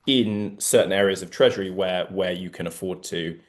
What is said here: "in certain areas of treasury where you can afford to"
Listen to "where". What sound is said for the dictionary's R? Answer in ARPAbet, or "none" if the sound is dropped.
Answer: W